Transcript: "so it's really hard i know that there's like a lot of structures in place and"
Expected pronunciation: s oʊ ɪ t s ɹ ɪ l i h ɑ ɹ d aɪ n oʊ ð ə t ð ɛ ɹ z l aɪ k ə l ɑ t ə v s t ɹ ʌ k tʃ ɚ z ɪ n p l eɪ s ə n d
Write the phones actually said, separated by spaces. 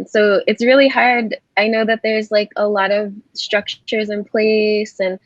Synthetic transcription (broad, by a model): s oʊ ɪ t s ɹ ɪ l i h ɑ ɹ d aɪ n oʊ ð ə t ð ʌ ɹ z l aɪ k ə l ɑ t ə v s t ɹ ʌ k tʃ ɚ z ɪ n p l eɪ s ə n